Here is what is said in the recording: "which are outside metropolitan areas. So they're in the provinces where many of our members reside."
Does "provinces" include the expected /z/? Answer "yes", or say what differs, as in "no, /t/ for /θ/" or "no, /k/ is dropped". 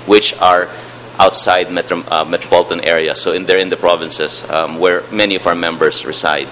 no, /s/ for /z/